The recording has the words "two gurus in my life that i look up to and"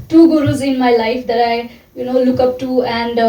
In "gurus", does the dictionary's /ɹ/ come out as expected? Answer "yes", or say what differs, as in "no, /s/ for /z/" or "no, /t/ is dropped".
yes